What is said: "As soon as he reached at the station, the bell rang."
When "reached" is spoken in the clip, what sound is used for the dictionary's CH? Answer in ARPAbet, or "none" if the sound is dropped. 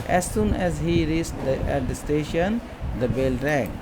S